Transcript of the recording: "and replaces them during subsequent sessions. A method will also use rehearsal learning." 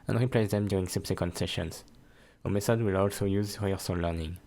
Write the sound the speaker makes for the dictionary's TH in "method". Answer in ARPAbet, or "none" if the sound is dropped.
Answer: S